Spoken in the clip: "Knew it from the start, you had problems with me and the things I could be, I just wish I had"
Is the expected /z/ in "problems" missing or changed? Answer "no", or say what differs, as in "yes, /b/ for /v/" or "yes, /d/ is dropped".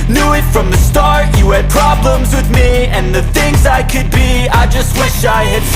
no